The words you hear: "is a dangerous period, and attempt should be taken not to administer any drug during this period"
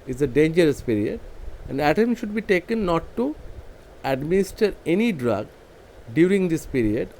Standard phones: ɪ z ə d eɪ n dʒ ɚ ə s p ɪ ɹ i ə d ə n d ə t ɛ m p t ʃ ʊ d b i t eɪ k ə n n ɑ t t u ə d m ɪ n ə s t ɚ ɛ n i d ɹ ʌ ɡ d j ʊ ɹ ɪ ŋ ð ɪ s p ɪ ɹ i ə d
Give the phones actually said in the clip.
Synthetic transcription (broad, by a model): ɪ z ə d eɪ n dʒ ɚ ə s p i ɹ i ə d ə n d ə t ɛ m t ʃ ʊ d b i t eɪ k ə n n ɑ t t u ə d m ɪ n ə s t ɚ ɛ n i d ɹ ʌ ɡ d j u ɹ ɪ ŋ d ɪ s p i ɹ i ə d